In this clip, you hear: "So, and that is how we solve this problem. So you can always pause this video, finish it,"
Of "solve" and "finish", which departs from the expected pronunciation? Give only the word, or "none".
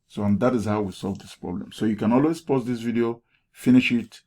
none